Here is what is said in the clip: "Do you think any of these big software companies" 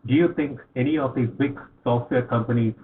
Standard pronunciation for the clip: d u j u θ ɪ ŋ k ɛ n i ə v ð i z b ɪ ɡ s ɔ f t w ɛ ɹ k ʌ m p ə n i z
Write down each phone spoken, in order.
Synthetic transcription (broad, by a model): d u j u t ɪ ŋ k ɛ n i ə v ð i b ɪ ɡ s ɔ f t w ɛ ɹ k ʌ m p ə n i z